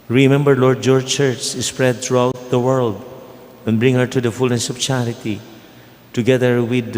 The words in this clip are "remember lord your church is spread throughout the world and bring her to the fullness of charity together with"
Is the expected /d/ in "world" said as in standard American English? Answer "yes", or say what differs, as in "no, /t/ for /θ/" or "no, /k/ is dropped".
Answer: yes